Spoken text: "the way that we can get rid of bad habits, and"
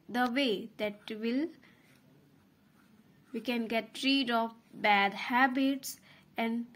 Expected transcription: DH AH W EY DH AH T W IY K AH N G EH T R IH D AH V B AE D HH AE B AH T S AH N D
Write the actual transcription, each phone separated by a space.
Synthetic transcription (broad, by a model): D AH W EY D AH T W IY K AH N G EH T R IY D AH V B AE D HH AE B AH T S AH N D